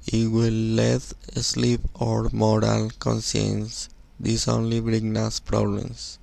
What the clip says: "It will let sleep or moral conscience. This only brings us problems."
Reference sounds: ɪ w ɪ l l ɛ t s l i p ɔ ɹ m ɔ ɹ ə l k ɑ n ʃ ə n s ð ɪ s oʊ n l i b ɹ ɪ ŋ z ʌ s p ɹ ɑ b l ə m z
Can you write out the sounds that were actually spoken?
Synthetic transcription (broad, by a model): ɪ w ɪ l l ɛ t s l i p ɔ ɹ m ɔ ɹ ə l k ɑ n s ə n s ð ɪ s oʊ n l i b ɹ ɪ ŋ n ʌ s p ɹ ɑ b l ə m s